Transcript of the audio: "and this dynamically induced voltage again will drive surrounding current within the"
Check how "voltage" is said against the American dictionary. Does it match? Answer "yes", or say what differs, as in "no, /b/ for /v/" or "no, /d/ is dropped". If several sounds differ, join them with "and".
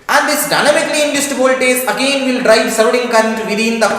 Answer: no, /z/ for /dʒ/